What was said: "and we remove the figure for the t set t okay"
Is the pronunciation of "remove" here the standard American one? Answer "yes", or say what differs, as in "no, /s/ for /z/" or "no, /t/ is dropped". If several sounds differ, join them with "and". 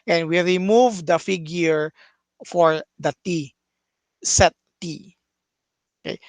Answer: yes